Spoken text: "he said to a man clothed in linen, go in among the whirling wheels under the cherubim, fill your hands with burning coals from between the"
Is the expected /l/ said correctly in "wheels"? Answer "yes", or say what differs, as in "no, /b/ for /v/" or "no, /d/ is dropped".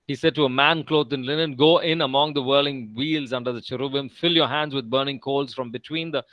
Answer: yes